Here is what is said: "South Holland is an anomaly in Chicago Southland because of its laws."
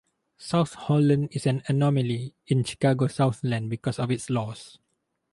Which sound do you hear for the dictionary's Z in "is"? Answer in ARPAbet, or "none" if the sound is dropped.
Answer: S